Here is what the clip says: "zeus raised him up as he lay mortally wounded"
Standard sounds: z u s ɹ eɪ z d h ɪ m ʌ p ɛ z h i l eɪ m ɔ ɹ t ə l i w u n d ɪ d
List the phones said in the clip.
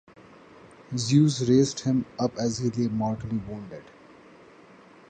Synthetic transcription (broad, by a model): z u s ɹ eɪ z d h ɪ m ʌ p ɛ z h i l eɪ m ɔ ɹ t ə l i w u n d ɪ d